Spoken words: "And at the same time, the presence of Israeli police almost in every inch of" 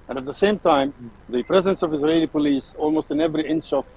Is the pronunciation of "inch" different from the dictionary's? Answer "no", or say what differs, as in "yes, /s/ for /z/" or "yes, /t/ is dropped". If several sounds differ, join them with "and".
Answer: yes, /ʃ/ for /tʃ/